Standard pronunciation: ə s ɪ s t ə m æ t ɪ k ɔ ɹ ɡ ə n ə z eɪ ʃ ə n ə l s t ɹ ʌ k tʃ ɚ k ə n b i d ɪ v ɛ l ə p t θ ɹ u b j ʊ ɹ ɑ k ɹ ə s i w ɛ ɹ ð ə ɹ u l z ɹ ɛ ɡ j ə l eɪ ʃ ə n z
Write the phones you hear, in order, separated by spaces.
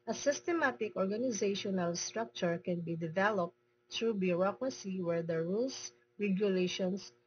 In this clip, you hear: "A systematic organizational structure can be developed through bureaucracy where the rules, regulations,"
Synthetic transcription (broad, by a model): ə s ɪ s t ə m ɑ t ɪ k ɔ ɹ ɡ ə n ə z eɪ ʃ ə n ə l s t ɹ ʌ k tʃ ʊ k ə n b i d ɪ v ɛ l ə p t t ɹ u b j ʊ ɹ ɑ k ɹ ə s i w ɛ ɹ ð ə ɹ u l s ɹ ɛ ɡ j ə l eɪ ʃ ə n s